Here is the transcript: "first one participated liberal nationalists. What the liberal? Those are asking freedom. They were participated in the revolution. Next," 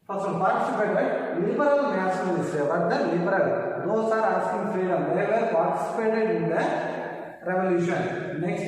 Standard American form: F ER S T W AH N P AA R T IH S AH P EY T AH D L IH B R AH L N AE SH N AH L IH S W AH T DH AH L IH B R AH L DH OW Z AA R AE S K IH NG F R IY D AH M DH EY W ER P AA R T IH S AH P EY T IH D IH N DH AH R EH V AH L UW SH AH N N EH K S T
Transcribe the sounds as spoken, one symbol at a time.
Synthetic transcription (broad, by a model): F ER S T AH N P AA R T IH S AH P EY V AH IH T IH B R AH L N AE S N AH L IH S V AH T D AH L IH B R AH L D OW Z AA R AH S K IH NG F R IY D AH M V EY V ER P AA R T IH S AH P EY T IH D IH N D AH R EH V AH L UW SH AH N N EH K S T